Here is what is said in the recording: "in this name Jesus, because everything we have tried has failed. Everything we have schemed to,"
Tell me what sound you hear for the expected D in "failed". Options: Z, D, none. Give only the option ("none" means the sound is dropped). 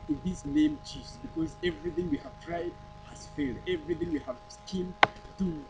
D